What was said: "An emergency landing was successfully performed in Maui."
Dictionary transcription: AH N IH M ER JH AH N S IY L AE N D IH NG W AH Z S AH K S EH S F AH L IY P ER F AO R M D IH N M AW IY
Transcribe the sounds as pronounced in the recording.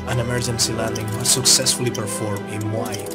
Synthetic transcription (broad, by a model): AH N IH M ER JH AH N S IY L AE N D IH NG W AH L S AH K S EH S F AH L IY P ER F AO R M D IH N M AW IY